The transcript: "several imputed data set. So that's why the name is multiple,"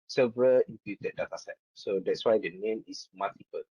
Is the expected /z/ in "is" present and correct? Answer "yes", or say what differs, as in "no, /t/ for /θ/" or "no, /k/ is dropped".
no, /s/ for /z/